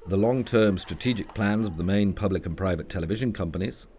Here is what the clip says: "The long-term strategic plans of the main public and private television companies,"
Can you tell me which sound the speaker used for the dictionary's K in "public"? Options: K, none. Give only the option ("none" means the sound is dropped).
K